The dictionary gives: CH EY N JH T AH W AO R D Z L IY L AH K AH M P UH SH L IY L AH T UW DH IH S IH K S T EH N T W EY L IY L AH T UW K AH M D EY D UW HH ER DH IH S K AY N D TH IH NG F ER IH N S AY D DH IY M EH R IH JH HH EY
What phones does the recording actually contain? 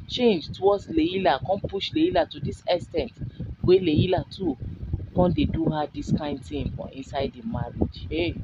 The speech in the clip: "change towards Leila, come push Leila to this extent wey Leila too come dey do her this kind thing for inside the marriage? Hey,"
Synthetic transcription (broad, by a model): CH EY N JH T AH W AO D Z L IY L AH K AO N P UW SH L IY L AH T UW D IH S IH S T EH N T W EY L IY L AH T UW K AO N D EY D UW HH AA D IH S K AY N D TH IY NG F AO IH N S AY D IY M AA R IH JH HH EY